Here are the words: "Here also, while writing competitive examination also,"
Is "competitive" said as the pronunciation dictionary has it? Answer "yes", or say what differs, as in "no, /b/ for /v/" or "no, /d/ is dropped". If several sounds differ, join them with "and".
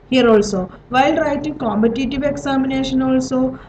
yes